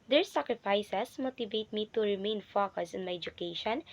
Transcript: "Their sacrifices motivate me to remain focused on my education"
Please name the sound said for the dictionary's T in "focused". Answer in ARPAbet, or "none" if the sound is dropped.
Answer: none